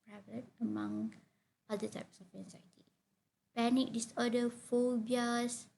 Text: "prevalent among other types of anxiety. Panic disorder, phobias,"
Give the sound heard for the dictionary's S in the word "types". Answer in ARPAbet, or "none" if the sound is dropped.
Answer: S